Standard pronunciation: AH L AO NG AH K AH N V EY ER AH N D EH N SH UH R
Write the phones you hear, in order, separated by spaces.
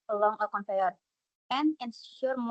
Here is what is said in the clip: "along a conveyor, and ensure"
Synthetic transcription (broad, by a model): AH L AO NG AH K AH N F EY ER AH N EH N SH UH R